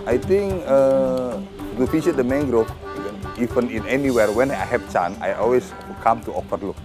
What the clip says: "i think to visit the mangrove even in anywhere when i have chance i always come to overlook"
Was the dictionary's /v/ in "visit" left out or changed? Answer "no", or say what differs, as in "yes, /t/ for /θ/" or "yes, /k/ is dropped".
yes, /f/ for /v/